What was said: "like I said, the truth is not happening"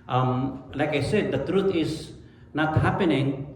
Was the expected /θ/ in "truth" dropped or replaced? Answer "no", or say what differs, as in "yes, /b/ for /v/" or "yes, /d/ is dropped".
yes, /t/ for /θ/